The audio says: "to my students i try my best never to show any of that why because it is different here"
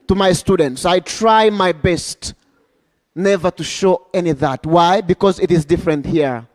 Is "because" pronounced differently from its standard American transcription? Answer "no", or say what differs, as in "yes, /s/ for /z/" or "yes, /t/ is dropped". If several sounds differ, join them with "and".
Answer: no